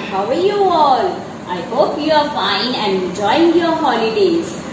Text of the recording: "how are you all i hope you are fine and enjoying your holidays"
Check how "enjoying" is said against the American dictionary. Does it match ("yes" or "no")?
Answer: no